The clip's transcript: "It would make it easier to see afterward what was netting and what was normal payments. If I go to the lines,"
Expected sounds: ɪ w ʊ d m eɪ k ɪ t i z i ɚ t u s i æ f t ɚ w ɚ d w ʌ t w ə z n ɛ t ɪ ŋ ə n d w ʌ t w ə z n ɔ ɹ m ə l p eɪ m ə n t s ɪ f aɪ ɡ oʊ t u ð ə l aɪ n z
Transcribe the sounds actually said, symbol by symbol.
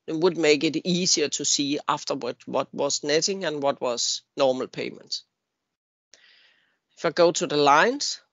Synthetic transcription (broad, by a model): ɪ w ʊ d m eɪ k ɪ t i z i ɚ t u s i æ f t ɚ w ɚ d w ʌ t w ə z n ɛ t ɪ ŋ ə n w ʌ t w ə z n ɔ m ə l p eɪ m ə n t ɪ f aɪ ɡ oʊ t u ð ə l aɪ n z